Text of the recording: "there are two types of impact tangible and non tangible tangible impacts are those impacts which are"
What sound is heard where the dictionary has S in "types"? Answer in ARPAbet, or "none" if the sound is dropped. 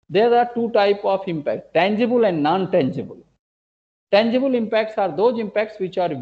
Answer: none